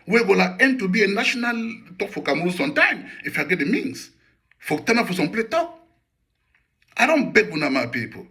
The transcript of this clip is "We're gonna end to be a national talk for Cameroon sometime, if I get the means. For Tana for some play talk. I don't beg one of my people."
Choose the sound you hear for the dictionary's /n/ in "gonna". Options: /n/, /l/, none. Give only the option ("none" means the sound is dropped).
/l/